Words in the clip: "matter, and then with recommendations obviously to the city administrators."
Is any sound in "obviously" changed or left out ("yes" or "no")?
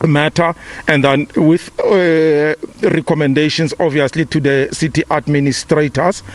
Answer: yes